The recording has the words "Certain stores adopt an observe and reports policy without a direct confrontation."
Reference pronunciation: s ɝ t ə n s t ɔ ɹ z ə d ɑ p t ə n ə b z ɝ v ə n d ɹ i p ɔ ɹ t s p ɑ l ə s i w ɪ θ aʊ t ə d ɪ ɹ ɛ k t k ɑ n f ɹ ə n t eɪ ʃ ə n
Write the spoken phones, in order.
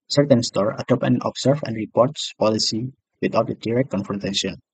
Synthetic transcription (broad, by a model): s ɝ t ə n s t ɔ ɹ ə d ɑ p ə n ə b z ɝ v ə n d ɹ i p ɔ ɹ t s p ɑ l ə s i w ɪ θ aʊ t ə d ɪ ɹ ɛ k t k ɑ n f ɹ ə n t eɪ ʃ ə n